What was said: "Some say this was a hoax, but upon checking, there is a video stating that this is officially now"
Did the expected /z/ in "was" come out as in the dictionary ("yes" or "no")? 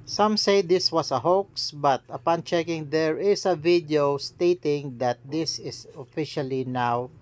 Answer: no